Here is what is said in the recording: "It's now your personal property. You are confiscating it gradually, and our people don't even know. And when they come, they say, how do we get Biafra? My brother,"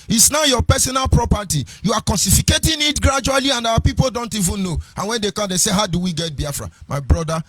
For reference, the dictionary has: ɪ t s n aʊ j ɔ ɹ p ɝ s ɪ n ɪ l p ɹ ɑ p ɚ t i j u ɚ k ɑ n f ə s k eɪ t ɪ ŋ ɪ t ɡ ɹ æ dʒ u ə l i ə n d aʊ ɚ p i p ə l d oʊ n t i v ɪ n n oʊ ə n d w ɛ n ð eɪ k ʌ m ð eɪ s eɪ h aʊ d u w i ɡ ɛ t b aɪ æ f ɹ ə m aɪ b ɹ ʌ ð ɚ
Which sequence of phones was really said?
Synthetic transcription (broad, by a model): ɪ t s n aʊ j ɔ p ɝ s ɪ n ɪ l p ɹ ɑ p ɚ t i j u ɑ k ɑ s f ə k eɪ t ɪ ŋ ɪ t ɡ ɹ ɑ dʒ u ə l i ə n d aʊ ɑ p i p ə l d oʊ n t i v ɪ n n oʊ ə n w ɛ n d eɪ k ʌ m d eɪ s eɪ h aʊ d u w i ɡ ɛ t b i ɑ f ɹ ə m aɪ b ɹ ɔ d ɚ